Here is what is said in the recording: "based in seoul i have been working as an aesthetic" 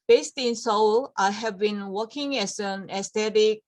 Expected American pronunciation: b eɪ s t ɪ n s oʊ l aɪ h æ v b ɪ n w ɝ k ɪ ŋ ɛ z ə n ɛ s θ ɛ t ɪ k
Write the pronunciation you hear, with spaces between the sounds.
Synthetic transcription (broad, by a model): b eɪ s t ɪ n s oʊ l aɪ h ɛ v b ɪ n w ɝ k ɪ ŋ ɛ s ə n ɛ s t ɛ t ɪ k